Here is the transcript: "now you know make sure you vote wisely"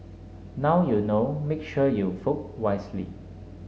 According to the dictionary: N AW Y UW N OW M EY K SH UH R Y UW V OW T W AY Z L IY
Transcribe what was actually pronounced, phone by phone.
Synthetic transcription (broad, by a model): N AW Y UW N OW M EY K SH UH Y UW F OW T W AY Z L IY